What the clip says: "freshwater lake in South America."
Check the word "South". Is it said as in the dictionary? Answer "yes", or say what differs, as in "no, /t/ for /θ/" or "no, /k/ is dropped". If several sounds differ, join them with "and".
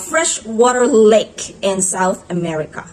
yes